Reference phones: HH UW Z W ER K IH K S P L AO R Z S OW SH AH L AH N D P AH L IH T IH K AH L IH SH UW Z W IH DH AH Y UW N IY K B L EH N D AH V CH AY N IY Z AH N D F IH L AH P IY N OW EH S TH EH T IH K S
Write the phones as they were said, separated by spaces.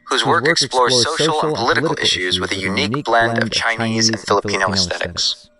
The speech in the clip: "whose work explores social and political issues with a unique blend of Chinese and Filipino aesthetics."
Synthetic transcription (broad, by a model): HH UW Z W ER K IH K S P L AO R Z S OW SH L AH N P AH L IH T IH K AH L IH SH UW Z W IH DH AH Y UW N IY K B L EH N D AH V CH AY N IY Z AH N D F IH L AH P IY N OW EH S TH EH T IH K S